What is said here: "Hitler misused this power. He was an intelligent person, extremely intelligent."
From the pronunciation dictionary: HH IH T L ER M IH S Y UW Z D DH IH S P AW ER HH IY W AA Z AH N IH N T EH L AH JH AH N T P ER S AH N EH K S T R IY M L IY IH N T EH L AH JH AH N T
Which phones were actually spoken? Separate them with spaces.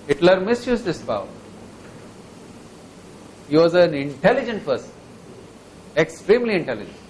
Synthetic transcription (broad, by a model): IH T L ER M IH S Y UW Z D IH S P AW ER HH IY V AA Z AH N IH N T EH L AH JH AH N T F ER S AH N EH K S T R IY M L IY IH N T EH L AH JH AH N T